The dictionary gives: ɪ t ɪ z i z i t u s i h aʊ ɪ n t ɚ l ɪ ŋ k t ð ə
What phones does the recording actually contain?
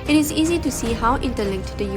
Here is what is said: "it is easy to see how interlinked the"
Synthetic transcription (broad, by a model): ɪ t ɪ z i z i t u s i h aʊ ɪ n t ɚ l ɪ k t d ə